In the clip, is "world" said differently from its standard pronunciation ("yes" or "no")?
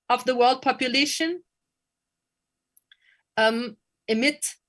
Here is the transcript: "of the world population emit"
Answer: no